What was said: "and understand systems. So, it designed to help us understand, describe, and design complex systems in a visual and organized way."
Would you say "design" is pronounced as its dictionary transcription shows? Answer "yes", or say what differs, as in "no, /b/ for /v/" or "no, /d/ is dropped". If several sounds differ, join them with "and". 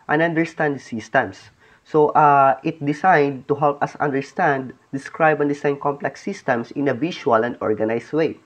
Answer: no, /s/ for /z/